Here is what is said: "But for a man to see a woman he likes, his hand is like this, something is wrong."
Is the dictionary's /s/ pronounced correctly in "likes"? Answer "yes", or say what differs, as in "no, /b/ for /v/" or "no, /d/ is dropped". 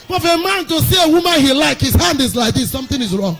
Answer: no, /s/ is dropped